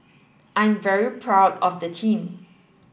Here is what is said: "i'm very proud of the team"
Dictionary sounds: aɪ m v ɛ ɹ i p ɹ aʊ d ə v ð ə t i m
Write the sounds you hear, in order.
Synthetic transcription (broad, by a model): aɪ m v ɛ ɹ i p ɹ aʊ d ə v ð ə t i m